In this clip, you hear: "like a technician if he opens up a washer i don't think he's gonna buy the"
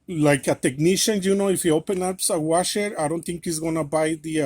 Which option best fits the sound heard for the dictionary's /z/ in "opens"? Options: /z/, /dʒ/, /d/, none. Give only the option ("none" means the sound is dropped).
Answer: none